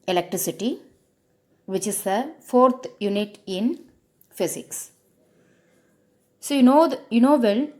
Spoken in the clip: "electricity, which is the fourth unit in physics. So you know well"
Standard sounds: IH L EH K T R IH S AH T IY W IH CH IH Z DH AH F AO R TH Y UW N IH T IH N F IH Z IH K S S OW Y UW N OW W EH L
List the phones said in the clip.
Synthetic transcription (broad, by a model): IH L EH K T R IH S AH T IY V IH CH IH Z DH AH F AO R T Y UW N IH T IH N F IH S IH K S S OW Y UW N OW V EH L